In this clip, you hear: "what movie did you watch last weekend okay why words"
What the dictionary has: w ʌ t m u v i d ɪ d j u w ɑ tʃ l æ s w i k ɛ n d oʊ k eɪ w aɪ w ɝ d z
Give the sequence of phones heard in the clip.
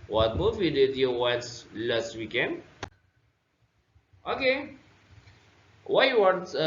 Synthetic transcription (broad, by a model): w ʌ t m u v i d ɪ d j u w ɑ s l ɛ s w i k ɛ n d oʊ k eɪ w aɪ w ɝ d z